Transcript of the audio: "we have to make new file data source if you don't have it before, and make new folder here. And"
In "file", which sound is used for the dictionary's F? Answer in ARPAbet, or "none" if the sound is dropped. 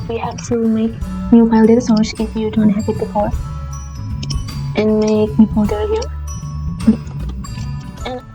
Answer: P